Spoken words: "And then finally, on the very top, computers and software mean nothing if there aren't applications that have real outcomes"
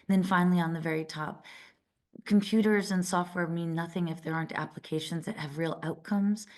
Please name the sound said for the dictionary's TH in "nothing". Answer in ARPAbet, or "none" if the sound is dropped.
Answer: TH